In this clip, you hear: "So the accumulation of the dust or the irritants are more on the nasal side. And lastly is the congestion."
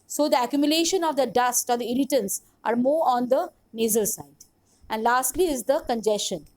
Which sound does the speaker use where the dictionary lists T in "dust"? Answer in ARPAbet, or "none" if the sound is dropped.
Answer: T